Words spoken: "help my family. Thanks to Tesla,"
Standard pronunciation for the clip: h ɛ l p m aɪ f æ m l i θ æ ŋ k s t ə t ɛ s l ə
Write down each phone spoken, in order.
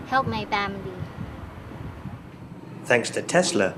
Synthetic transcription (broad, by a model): h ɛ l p m aɪ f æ m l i θ æ ŋ k s t ə t ɛ s l ə